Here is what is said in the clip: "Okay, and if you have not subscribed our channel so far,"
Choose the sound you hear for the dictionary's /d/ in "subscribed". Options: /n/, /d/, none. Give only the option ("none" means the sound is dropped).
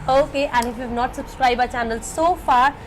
none